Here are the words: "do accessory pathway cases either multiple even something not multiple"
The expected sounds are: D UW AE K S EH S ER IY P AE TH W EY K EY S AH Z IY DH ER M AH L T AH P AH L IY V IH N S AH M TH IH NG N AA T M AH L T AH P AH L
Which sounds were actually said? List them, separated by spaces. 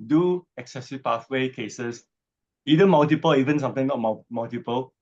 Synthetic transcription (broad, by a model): D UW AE K S EH S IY P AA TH W EY K EY S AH S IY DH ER M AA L T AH P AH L IY V IH N S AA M T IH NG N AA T M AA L T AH P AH L